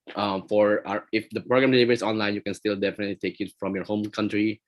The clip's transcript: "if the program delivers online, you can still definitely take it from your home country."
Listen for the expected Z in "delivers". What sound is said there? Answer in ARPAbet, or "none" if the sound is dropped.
S